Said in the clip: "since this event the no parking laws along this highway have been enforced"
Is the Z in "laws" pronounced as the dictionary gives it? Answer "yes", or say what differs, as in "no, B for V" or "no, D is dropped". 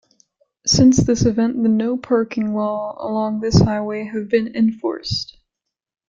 no, Z is dropped